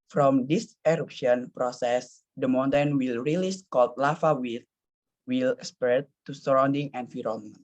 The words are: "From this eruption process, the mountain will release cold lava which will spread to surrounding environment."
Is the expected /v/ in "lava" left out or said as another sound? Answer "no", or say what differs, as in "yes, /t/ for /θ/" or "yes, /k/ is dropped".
yes, /f/ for /v/